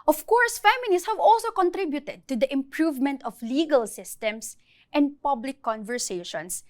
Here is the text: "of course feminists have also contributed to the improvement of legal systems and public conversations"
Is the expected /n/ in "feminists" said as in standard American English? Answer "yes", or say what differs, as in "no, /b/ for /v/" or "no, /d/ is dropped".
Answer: no, /l/ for /n/